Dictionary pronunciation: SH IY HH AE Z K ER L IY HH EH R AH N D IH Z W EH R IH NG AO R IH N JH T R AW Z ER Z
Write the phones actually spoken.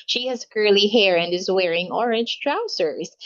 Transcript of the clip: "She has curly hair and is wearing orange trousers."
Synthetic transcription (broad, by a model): SH IY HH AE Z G ER L IY HH EH R AH N D IH Z W EH R IH NG AO R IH N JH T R AW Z ER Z